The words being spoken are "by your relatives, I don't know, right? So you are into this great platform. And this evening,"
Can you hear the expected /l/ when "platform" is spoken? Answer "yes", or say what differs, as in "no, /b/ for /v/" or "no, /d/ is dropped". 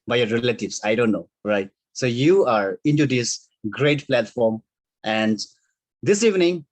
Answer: yes